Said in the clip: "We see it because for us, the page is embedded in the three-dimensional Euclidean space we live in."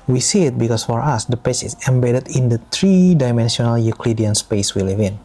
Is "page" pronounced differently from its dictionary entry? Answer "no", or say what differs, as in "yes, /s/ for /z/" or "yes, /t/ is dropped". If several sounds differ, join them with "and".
yes, /tʃ/ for /dʒ/